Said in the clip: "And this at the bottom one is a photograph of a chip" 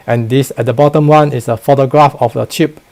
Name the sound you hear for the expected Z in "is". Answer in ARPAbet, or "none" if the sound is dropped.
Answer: S